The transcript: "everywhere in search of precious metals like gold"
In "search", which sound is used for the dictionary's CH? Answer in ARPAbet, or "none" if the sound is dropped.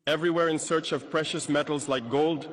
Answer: CH